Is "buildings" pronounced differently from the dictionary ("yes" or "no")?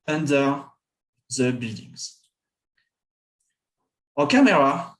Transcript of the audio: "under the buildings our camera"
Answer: no